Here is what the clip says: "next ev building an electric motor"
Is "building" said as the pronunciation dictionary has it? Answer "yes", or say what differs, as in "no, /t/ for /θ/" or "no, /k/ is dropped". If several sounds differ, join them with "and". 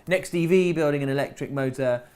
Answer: yes